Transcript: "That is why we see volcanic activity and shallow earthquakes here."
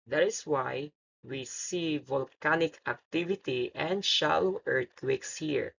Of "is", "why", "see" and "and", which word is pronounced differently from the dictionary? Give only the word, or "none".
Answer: is